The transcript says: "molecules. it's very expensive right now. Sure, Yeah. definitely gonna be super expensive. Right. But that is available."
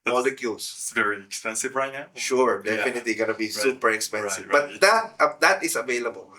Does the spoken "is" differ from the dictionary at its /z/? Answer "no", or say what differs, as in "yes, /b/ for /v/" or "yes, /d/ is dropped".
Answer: yes, /s/ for /z/